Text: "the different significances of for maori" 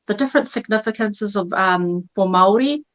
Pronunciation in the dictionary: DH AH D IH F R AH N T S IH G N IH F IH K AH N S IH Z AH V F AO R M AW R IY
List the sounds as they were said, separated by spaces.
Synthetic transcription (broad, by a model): DH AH D IH F R AH N T S IH G N IH F IH K AH N S IH Z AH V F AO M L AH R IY